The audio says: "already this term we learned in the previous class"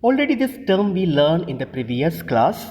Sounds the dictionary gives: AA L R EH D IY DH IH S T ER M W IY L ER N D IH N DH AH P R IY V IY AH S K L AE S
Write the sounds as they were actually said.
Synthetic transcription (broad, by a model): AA L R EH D IY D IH S T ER M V IY L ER N IH N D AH P R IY V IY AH S K L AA S